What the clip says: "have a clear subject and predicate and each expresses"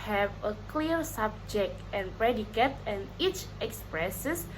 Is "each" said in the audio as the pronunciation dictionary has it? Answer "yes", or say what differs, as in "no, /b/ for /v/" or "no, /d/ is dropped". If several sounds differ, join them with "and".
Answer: yes